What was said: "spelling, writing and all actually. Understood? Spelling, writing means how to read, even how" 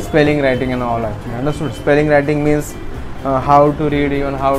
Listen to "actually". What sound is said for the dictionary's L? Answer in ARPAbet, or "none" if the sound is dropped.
none